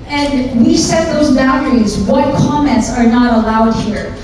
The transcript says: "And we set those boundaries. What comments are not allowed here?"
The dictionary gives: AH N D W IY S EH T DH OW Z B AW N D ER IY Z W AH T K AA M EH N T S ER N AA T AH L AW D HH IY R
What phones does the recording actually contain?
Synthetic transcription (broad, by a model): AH N D W IY S EH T DH OW Z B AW D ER IY Z W AH T K AA M EH N T S ER N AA T AH L AW D HH IY R